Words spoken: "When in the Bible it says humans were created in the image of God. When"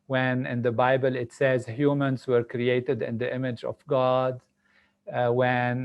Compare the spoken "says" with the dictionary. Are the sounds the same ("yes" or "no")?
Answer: yes